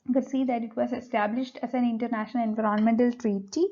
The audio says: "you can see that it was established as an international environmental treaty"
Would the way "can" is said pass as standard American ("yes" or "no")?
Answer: no